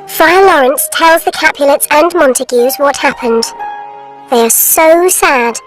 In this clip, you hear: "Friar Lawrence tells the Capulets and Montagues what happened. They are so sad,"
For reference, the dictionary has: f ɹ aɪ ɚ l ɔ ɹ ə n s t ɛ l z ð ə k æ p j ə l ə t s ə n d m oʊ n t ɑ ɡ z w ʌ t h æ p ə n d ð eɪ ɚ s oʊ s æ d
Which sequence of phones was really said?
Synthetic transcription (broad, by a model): f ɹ aɪ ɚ l ɔ ɹ ə n s t ɛ l z ð ə k æ p j ə l ə t s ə n m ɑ n t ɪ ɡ z w ʌ t h æ p ə n d ð eɪ ɚ s oʊ s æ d